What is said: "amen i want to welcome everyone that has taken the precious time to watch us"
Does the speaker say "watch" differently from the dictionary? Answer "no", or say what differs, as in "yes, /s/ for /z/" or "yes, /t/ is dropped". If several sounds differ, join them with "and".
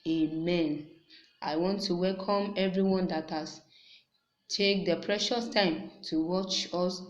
no